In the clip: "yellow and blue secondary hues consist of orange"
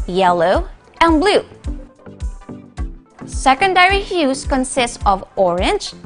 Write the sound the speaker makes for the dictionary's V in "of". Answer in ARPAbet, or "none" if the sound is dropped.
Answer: V